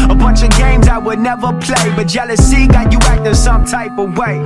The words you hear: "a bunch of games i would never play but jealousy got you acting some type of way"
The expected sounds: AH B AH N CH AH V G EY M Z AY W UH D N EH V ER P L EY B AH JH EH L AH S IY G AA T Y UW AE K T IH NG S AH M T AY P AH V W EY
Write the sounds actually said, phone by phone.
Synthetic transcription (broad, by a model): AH B AH N CH AH V G EY M Z AY W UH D N EH V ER P L EY B AH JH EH L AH S IY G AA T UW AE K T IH S AH M T AY P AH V W EY